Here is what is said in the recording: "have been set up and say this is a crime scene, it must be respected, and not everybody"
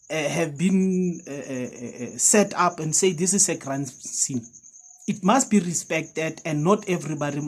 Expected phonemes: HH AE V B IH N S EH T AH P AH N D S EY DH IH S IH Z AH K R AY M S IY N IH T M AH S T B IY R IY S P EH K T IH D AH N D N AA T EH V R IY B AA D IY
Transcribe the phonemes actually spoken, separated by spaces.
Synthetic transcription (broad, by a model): HH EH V B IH N S EH T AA P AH N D S EY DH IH S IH S AH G R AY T S IY N IH T M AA S T B IY R IY S P EH K T IH D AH N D N AA T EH V R IY B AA D IY